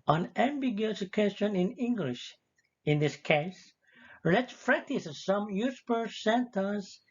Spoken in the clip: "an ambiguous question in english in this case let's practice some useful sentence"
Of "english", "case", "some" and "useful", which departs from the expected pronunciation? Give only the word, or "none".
useful